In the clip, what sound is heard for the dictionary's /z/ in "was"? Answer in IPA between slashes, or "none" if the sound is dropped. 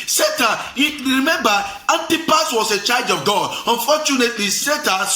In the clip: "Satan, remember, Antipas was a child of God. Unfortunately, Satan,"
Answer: /s/